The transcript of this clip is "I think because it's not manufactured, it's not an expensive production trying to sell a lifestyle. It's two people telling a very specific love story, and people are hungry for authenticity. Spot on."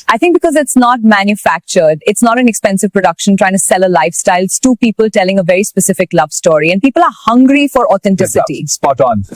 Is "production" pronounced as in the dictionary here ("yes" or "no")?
yes